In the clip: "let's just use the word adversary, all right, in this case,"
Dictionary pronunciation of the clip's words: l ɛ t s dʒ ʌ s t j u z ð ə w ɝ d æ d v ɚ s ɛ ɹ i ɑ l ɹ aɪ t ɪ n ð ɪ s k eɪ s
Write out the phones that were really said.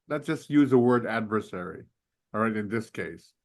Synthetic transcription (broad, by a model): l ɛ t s dʒ ʌ s t j u z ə w ɝ d æ d v ɚ s ɛ ɹ i ɹ aɪ t ɪ n ð ɪ s k eɪ s